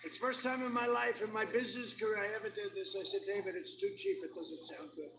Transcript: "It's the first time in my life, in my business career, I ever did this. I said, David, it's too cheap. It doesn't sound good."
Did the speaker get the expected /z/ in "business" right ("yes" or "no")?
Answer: yes